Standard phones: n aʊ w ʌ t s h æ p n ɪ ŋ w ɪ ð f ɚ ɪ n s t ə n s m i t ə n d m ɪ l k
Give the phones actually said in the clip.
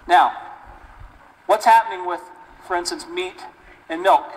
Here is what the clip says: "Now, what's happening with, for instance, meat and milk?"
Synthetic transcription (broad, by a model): n aʊ w ʌ t s h æ p n ɪ ŋ w ɪ ð f ɚ ɪ n s t ə n s m i t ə n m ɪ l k